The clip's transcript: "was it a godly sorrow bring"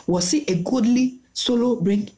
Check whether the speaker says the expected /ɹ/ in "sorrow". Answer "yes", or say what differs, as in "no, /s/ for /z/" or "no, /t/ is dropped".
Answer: no, /l/ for /ɹ/